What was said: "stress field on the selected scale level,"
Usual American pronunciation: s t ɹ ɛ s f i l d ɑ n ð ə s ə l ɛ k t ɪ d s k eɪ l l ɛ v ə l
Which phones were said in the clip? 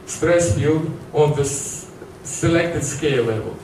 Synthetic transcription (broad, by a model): s t ɹ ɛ s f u d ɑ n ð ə s ə l ɛ k t ɪ d s k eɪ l l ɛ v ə l